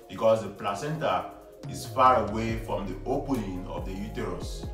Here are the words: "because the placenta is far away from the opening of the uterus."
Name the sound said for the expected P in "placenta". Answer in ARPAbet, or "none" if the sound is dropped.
P